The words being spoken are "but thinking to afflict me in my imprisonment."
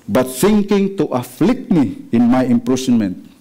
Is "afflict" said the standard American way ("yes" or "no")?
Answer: yes